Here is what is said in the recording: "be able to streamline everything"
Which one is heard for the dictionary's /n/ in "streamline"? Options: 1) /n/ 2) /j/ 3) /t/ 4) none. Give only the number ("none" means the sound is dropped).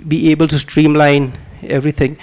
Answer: 1